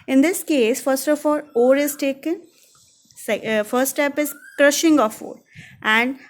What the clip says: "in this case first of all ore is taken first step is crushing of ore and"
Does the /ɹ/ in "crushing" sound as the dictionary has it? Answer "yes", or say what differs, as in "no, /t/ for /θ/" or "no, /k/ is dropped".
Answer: yes